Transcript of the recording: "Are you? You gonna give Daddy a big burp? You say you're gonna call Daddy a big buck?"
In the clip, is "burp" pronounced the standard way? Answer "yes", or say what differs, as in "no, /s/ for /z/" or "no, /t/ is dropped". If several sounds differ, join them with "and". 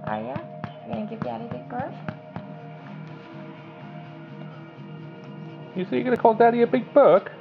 no, /f/ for /p/